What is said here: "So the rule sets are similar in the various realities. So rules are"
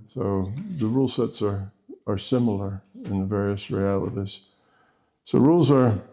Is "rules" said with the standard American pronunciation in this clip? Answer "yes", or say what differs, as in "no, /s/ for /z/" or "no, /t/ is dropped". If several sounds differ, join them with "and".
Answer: yes